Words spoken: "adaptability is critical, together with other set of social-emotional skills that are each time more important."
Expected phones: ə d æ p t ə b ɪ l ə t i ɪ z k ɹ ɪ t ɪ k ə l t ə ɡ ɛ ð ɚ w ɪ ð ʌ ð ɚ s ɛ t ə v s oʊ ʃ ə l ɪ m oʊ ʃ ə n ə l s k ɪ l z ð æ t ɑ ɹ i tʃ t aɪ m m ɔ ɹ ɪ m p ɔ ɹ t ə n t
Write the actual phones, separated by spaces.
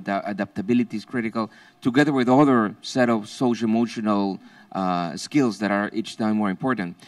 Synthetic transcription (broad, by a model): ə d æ p t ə b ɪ l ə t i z k ɹ ɪ t ɪ k ə l t ə ɡ ɛ ð ɚ w ɪ ð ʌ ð ɚ s ɛ t ə v s oʊ ə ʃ ɪ m oʊ ʃ ə n ə l s k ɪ l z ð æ t ɑ ɹ i tʃ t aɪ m m ɔ ɹ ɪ m p ɔ ɹ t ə n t